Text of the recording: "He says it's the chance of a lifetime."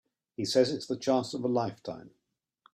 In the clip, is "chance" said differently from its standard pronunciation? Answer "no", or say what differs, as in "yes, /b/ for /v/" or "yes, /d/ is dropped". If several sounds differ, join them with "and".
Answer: yes, /n/ is dropped